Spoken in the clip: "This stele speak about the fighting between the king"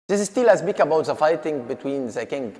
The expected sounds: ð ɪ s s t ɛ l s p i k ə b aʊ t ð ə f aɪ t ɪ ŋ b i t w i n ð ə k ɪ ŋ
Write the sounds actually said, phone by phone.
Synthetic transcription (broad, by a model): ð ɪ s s t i l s b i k ə b aʊ t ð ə f aɪ t ɪ ŋ b i t w i n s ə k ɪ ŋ